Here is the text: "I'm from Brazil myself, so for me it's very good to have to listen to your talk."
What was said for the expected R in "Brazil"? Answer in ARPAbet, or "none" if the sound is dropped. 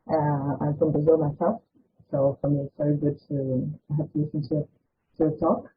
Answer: none